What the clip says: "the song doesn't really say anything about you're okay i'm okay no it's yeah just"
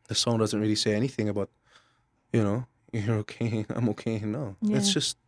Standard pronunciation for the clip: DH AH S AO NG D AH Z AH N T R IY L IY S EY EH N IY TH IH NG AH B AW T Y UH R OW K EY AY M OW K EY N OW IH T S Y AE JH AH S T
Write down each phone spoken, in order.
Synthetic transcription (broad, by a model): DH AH S AO NG D AH Z AH N T R IY L IY S EY EH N IY TH IH NG AH B AW T Y UH R OW K EY AY M OW K EY N OW IH T S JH AH S T